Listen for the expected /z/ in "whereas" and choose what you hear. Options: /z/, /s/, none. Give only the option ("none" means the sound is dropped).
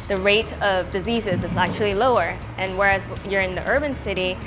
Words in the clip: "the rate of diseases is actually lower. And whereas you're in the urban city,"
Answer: /z/